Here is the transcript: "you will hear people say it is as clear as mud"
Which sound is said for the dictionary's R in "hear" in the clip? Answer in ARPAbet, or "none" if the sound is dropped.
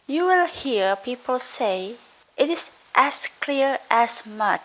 R